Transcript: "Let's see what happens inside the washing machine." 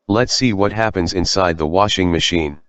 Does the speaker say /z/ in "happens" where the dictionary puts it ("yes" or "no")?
yes